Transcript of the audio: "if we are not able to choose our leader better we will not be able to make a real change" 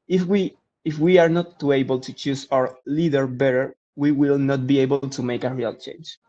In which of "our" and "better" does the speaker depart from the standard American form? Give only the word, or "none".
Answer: none